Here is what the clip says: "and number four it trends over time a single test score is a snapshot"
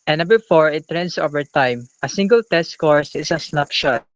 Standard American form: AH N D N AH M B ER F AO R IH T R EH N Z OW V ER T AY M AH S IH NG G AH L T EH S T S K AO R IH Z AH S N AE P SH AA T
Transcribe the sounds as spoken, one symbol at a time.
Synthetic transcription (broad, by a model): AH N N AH B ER F AO R IH T R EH N S OW V ER T AY M AH S IH NG G AH L T EH S T K AO R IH S AH S N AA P SH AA T